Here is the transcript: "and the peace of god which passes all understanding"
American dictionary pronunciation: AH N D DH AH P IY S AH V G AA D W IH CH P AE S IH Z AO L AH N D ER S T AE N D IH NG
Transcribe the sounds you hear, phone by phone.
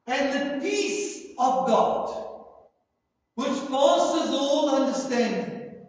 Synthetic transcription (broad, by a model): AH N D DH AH P IY S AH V G AA D W IH CH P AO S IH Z AO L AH N D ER S T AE N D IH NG